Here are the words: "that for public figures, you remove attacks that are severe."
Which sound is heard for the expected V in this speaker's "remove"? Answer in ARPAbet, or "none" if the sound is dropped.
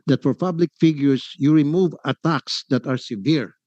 V